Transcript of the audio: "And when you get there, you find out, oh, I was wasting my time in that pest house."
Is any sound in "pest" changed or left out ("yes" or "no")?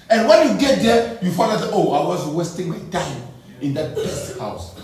yes